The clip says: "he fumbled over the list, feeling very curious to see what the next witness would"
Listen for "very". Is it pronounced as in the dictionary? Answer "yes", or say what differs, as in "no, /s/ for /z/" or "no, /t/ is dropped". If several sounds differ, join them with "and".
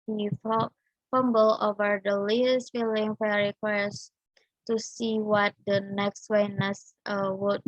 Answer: no, /f/ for /v/